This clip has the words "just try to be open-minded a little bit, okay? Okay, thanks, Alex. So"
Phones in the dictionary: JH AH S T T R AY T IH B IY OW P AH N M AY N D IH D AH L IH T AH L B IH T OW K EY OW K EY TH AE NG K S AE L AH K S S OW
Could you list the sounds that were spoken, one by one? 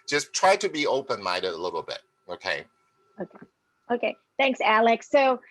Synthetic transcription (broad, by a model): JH AH S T T R AY T IH B IY OW P AH N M AY D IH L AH L IH T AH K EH IH OW K EY OW K EY TH AE NG K S AE L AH K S S OW